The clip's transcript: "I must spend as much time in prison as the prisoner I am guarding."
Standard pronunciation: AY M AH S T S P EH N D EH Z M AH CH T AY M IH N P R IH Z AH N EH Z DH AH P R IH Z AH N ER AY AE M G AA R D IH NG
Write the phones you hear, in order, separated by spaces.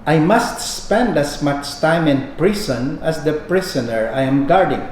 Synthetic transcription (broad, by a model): AY M AH S T S P EH N D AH S M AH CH T AY M IH N P R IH S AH N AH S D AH P R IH S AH N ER AY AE M G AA R D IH NG